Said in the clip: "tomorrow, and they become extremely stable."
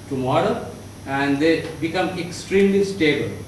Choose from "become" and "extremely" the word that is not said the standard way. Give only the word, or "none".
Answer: none